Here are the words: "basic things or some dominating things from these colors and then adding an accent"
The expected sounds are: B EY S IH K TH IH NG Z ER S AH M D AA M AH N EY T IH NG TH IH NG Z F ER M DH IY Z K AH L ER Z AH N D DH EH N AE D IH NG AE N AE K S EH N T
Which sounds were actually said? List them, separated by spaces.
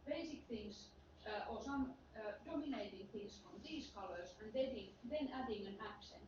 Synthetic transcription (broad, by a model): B EY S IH K TH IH NG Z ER S AH M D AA M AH N EY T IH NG TH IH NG S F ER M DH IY S K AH L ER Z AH N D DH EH N AE D IH NG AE N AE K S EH N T